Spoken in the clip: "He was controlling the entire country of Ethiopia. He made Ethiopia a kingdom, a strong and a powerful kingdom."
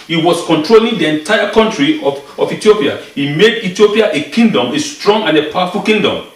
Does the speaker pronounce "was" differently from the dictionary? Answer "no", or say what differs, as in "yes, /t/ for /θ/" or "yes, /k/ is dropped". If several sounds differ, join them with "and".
yes, /s/ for /z/